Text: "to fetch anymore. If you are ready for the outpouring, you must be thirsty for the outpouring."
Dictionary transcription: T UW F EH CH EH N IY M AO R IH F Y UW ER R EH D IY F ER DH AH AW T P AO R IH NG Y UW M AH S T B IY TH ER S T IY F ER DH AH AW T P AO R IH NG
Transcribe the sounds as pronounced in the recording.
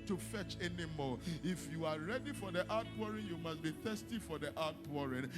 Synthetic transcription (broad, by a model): T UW F EH CH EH N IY M AO IH F Y UW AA R EH D IY F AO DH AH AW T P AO R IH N Y UW M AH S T B IY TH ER S T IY F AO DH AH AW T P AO R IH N